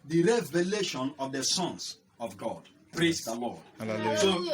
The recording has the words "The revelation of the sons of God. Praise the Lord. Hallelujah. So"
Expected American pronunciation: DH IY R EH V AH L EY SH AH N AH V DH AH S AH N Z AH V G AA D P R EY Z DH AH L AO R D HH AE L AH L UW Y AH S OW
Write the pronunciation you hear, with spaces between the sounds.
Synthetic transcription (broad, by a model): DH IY R EH V AH L EY SH AH N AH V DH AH S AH N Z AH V G AA D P R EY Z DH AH L AO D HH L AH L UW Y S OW